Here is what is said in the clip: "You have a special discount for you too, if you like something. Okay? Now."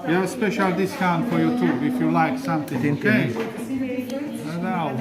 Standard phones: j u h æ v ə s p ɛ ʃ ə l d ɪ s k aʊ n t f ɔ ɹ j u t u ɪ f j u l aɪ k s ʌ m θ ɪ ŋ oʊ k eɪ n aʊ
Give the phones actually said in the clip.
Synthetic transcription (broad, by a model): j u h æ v ə s p ɛ ʃ ə l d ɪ s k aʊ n f ɔ ɹ j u t u ɪ f j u l aɪ k s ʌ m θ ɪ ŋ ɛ eɪ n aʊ